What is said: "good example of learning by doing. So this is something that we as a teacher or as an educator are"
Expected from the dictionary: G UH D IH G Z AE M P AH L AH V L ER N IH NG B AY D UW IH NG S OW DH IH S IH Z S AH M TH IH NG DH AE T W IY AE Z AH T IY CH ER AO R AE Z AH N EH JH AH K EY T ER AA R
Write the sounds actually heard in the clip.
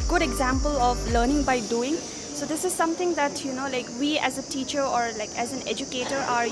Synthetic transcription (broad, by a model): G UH D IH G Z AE M P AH L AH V L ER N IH NG B AY D UW IH NG S OW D IH S IH Z S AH M T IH NG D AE T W IY AE Z AH T IY CH ER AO R AE Z AH N EH JH AH K EY T ER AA R